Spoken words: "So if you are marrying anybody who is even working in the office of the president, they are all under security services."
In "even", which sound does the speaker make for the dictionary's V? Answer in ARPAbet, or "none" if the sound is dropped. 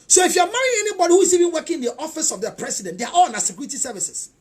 V